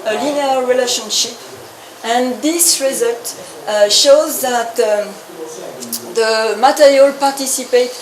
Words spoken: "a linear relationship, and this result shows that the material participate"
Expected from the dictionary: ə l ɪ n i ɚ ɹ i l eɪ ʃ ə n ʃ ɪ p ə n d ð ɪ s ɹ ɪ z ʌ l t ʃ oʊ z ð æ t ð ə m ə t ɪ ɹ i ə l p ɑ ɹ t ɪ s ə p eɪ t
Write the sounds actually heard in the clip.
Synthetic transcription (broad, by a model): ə l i n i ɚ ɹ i l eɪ ʃ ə n ʃ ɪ p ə n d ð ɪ s ɹ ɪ z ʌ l t ʃ oʊ z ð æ t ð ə m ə t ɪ ɹ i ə l p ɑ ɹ t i s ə p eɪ t